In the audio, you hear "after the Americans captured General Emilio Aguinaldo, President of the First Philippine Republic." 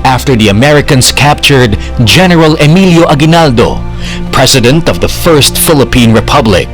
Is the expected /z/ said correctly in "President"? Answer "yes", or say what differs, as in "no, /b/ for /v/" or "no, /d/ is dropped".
no, /s/ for /z/